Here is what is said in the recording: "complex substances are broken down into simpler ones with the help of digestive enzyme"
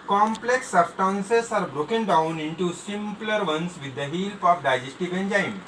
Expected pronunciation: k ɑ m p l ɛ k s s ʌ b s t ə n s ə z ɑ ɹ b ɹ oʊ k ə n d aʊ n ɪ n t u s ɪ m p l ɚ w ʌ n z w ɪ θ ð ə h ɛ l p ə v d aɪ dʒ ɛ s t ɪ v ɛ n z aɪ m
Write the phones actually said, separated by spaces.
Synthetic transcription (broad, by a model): k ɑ m p l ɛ k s s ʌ s t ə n s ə s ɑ ɹ b ɹ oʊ k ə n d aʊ n ɪ n t u s ɪ m p l ɚ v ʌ n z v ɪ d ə h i l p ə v d aɪ dʒ ɛ s t ɪ v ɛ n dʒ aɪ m